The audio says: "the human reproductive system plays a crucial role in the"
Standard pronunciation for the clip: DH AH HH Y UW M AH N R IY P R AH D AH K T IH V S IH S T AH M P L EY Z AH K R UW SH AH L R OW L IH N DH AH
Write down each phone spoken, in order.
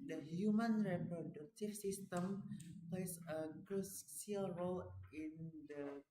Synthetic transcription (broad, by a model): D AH HH Y UW M AH N R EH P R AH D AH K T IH F S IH S T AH M P L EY S AH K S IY AH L R OW L IH N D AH